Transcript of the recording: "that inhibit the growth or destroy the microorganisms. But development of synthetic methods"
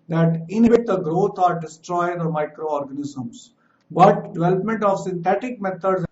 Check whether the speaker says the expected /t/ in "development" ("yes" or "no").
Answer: yes